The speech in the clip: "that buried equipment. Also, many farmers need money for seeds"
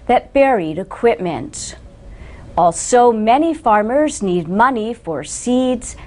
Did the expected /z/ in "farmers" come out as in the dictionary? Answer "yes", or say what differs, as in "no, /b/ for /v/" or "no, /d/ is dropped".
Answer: yes